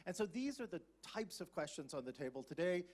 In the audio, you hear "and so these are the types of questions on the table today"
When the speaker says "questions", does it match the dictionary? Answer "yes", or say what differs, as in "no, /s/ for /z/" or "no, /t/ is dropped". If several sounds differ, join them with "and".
yes